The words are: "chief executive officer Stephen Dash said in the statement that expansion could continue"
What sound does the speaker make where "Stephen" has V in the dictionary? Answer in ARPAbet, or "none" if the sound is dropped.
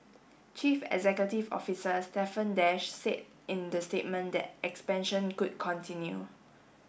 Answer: F